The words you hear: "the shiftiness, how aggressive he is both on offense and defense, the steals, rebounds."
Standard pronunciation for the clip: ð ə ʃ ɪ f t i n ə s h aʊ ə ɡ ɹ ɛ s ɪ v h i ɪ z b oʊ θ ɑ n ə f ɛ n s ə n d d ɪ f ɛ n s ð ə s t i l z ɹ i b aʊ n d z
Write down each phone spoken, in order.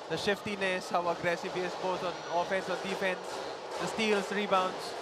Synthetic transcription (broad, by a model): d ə ʃ ɪ f t i n ə s h aʊ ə ɡ ɹ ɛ s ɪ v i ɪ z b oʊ t ɑ n ə f ɛ n s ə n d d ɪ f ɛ n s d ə s t i l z ɹ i b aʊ n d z